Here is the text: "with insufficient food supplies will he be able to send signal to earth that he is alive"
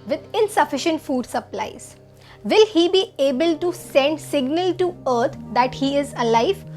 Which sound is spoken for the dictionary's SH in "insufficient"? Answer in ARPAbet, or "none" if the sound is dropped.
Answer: SH